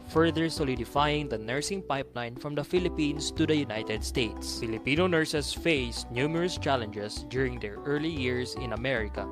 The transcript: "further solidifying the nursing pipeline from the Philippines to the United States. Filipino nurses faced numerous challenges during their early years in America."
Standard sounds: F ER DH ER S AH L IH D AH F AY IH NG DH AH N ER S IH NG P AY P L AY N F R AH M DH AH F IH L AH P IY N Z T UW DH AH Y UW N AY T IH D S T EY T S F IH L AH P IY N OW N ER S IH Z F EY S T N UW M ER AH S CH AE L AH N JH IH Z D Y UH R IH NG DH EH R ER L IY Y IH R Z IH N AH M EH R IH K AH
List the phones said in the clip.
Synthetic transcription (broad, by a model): F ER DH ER S AH L IH D AH F AY IH NG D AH N ER S IH NG P AY P L AY N F R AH M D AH F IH L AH P IY N S T UW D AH Y UW N AY T IH D S T EY T S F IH L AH P IY N OW N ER S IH S F EY S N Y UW M ER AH S CH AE L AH N JH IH S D Y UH R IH NG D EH R ER L IY Y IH R S IH N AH M EH R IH K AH